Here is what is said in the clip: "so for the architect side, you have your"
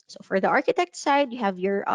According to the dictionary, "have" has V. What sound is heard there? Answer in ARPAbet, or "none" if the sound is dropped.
V